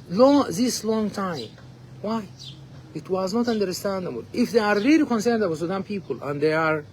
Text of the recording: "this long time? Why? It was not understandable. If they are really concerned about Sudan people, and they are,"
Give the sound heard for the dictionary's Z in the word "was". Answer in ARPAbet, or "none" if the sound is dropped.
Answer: Z